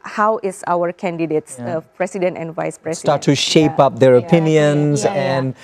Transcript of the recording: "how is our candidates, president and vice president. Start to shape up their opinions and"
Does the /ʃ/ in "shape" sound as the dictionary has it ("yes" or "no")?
yes